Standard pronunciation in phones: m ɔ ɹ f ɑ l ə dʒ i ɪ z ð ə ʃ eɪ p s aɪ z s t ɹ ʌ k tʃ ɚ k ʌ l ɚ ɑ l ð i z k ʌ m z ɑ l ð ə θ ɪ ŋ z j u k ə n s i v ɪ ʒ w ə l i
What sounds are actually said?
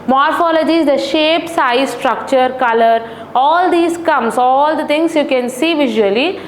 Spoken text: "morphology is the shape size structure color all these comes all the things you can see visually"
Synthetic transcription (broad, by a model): m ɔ ɹ f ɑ l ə dʒ i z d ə ʃ eɪ p s aɪ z s t ɹ ʌ k tʃ ɚ k ʌ l ɚ ɑ l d i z k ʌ m s ɑ l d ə t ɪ ŋ s j u k ə n s i v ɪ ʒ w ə l i